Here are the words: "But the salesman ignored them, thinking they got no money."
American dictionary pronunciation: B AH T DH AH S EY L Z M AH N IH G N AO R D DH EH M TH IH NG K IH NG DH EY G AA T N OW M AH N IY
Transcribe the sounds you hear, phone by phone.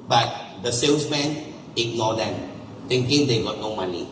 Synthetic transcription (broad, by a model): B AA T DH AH S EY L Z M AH N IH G N AO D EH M T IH NG K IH NG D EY G AA T N OW M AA N IY